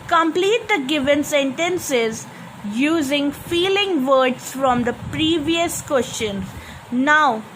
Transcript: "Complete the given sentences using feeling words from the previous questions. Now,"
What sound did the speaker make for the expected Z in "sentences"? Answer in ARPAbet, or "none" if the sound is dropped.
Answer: Z